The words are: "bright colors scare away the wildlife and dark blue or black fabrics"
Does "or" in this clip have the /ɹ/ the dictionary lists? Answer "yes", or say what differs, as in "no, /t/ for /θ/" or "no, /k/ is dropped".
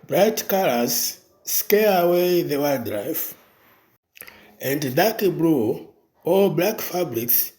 no, /l/ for /ɹ/